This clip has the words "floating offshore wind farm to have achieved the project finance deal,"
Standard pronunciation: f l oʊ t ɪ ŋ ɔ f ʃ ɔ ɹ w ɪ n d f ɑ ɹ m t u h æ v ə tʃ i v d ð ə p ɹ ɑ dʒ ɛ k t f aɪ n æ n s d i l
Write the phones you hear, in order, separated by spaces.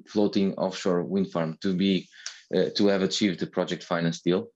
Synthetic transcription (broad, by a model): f l oʊ t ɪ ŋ ɔ f ʃ ɔ ɹ w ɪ n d f ɑ ɹ m t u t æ v ə tʃ i v d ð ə p ɹ ɑ dʒ ɛ k t f aɪ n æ n s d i l